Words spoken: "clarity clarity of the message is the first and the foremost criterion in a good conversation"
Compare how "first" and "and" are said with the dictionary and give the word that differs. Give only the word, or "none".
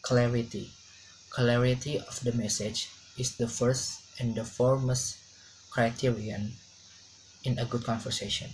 none